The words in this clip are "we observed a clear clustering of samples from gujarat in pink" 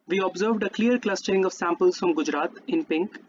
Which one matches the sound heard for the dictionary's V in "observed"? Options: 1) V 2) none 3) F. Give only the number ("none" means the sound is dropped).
1